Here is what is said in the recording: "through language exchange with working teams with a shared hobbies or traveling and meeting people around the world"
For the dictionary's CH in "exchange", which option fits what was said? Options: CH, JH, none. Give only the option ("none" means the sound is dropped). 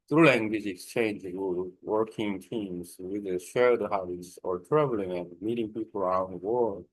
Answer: CH